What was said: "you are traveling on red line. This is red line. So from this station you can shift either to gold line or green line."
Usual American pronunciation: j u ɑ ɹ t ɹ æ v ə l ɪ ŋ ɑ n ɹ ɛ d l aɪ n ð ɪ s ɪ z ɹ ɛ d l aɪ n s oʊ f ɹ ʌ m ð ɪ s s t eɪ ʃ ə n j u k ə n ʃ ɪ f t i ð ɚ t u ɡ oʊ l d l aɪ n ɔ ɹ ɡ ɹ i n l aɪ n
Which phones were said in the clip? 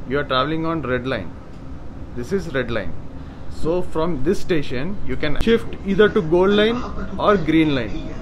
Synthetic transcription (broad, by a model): j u ɑ ɹ t ɹ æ v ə l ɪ ŋ ɑ n ɹ ɛ d l aɪ n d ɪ s ɪ z ɹ ɛ d l aɪ n s oʊ f ɹ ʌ m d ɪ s s t eɪ ʃ ə n j u k ə n ʃ ɪ f t i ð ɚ t u ɡ oʊ l d l aɪ n ɔ ɹ ɡ ɹ i n l aɪ n